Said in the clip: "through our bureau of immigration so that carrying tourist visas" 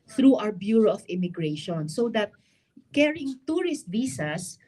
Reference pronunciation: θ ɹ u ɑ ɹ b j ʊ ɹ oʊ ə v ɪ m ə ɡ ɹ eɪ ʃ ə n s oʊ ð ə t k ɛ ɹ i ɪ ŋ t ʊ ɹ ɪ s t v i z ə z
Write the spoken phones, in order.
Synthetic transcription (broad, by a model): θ ɹ u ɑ w b j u ɹ oʊ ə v ɪ m ə ɡ ɹ eɪ ʃ ə n s oʊ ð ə t k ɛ ɹ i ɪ ŋ t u ɹ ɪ s t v i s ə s